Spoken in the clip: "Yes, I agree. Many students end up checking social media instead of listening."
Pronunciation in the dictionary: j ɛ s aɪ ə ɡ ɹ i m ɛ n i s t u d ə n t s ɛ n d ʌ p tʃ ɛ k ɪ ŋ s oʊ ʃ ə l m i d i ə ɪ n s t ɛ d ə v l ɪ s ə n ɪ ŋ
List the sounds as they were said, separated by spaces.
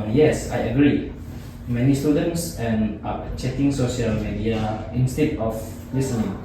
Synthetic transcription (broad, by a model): j ɛ s aɪ ə ɡ ɹ i m ɛ n i s t u d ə n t s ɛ n ʌ tʃ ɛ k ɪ ŋ s oʊ ʃ ə l m i d i ə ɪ n s t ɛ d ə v l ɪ s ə n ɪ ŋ